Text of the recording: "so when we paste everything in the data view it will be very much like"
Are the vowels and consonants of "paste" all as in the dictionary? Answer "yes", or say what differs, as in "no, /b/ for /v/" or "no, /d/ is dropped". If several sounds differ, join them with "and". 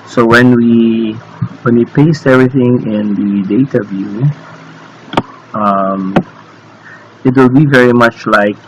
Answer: yes